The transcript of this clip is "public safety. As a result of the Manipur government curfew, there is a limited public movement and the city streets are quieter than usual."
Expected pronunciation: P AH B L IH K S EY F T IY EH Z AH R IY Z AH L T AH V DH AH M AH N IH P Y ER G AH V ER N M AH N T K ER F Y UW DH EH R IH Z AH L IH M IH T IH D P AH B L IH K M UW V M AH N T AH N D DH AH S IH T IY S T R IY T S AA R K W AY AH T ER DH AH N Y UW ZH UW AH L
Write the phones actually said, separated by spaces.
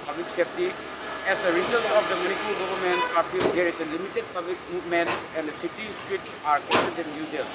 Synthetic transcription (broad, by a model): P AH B L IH K S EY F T IY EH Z AH R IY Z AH L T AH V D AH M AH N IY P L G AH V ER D M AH N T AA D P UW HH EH R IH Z AH L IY M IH T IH D P AH B L IH K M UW M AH N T AH N D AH S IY T IY S T R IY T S AA R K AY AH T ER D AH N Y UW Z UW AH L